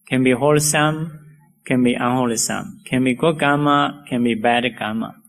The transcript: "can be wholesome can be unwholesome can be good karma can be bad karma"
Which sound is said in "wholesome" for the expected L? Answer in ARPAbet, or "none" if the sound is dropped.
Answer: L